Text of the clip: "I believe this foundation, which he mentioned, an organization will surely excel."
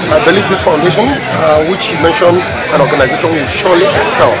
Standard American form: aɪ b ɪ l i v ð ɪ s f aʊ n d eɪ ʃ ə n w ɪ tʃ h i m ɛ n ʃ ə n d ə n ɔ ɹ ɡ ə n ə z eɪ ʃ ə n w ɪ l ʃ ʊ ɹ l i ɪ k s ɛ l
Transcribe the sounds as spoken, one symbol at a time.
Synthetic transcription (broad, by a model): aɪ b ɪ l i v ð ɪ s f aʊ n d eɪ ʃ ə n w ɪ tʃ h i m ɛ n ʃ ə n d ə n ɔ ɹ ɡ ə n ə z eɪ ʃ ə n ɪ n ʃ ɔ l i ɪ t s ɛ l